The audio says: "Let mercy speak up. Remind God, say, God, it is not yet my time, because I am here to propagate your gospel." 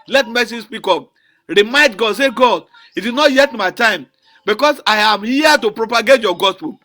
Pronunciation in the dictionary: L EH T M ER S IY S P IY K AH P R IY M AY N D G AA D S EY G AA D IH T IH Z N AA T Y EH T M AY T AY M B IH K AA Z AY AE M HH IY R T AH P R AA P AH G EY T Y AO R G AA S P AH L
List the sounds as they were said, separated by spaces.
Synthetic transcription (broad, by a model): L EH T M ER S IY S P IY K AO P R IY M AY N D G AA D S EY G AA D IH T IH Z N AA T Y EH T M AY T AY M B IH K AA S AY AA M HH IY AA T AH P R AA P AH G EY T Y AO G AA S P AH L